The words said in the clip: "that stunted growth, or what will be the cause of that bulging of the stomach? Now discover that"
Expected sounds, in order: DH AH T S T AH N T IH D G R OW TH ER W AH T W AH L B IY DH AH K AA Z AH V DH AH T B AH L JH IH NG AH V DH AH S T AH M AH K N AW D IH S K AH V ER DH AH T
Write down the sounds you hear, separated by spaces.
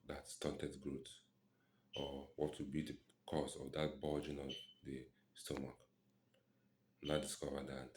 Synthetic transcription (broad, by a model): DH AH T S T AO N T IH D G R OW T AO W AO T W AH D B IY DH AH K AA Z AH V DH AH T B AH JH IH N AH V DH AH S T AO M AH K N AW D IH S K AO V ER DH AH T